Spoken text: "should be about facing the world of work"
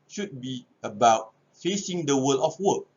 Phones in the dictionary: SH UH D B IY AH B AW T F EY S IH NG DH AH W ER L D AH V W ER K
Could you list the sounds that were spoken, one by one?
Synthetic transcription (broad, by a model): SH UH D B IY AH B AW T F EY S IH NG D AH W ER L AH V W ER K